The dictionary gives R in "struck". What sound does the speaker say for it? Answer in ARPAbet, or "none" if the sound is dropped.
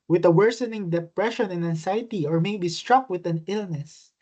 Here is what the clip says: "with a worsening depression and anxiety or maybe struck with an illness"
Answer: R